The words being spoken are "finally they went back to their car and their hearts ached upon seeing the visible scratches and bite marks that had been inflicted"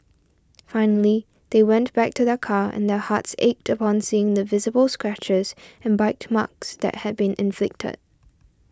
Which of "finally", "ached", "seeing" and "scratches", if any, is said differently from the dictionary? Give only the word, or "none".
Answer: none